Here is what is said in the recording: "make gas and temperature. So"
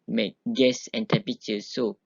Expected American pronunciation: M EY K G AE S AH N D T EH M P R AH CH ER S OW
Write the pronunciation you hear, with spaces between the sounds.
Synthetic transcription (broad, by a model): M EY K G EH S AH N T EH P AH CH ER S OW